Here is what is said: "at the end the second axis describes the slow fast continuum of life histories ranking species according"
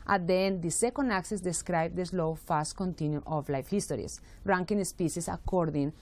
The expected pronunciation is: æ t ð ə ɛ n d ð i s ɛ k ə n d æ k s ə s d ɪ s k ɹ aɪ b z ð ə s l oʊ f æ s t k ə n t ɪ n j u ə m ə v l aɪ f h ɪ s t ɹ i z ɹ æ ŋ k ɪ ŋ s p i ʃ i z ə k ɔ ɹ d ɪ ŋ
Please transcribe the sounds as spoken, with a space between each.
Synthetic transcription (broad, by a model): t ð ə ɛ n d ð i s ɛ k ə n d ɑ k s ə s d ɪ s k ɹ aɪ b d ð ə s l oʊ f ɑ s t k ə n t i n j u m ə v l aɪ f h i s t ɹ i s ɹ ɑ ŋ k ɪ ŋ s p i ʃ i s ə k ɔ ɹ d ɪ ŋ